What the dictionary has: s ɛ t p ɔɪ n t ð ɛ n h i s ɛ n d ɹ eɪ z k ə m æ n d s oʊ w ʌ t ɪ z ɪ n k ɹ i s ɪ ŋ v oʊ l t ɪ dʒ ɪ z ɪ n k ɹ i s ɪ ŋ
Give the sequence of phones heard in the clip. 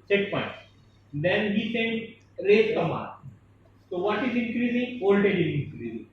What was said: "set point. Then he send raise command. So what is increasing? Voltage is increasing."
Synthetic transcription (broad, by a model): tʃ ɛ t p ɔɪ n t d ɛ n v i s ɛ n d ɹ eɪ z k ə m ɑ d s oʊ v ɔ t ɪ z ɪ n k ɹ i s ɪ ŋ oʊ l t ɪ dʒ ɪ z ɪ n k ɹ i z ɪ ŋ